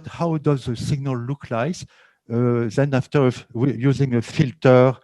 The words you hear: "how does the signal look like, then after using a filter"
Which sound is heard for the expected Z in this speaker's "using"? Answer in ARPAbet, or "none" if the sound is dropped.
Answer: Z